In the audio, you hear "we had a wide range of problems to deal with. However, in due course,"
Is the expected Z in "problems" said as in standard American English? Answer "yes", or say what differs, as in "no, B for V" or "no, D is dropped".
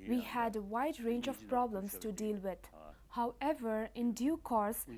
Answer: no, S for Z